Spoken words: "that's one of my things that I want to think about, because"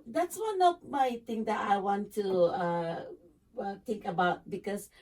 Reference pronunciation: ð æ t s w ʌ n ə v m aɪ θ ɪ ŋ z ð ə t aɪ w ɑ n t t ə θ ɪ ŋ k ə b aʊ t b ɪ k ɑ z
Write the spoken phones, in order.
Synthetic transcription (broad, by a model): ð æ t s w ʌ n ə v m aɪ t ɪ ŋ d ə t aɪ w ɑ n t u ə t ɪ ŋ k ə b aʊ t b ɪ k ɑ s